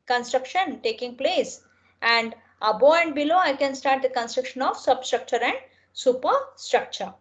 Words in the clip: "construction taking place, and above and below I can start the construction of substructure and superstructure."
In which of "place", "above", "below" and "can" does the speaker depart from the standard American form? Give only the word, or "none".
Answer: above